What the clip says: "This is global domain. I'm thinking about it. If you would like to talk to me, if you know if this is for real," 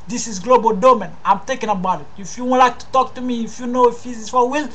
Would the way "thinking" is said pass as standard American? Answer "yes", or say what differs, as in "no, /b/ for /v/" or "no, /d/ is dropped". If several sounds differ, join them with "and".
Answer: no, /t/ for /θ/ and /ŋ/ is dropped